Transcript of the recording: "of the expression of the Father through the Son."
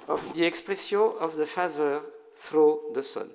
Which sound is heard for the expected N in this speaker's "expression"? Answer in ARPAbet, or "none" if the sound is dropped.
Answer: none